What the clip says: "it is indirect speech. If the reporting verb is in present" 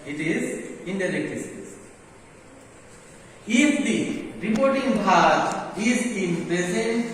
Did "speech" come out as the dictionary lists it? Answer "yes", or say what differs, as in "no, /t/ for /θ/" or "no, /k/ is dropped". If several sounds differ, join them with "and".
no, /s/ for /tʃ/